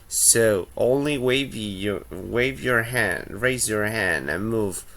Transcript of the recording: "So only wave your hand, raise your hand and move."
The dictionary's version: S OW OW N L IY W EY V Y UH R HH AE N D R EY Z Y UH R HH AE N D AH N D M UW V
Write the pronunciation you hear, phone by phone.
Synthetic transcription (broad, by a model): S OW OW N L IY W EY V Y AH R HH AE N D R EY Z Y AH R HH AE N D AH N M UW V